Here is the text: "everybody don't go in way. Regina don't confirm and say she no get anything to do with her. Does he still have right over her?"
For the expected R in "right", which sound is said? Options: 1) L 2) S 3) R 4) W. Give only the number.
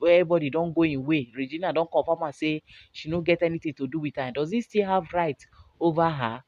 3